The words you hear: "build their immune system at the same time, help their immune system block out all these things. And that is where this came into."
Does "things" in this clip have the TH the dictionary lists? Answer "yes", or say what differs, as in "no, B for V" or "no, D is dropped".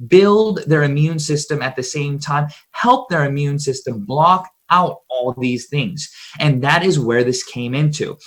yes